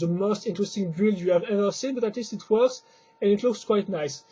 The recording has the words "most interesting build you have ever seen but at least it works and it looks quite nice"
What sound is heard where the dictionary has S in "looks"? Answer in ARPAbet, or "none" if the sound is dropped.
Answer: S